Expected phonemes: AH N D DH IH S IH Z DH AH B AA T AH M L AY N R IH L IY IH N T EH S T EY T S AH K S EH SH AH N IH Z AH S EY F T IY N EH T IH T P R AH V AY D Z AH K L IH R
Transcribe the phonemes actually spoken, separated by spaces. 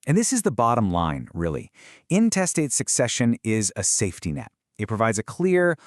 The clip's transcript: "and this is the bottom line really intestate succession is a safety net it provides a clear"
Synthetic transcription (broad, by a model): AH N DH IH S IH Z DH AH B AA T AH M L AY N R IH L IY IH N T EH S T EY T S AH K S EH SH AH N IH Z AH S EY F T IY N EH T IH T P R AH V AY D Z AH K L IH R